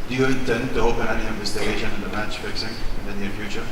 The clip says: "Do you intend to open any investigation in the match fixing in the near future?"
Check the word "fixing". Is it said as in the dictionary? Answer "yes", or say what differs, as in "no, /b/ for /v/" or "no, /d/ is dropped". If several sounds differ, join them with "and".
yes